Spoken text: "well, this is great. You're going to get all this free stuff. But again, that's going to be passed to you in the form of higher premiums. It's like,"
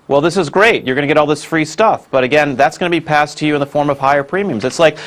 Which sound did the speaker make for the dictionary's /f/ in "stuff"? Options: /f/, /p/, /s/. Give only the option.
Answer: /f/